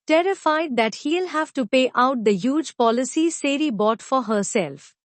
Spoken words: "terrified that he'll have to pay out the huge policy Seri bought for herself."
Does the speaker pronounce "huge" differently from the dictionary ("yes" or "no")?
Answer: no